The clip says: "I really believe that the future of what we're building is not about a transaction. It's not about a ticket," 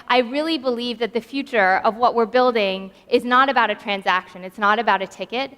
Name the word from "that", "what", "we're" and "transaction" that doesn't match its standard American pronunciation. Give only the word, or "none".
none